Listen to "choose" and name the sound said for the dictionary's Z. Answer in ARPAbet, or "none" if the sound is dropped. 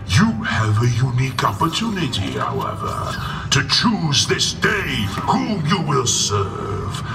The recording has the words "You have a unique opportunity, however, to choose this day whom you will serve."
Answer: Z